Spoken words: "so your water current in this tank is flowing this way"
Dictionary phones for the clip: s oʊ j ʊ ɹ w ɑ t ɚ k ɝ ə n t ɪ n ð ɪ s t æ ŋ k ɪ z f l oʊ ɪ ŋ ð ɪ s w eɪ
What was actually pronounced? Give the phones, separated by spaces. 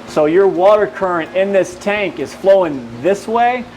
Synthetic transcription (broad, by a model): s oʊ j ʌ ɹ w ɑ t ɚ k ɝ ə n t ɪ n ð ɪ s t æ ŋ k ɪ z f l oʊ ɪ ŋ ð ɪ s w eɪ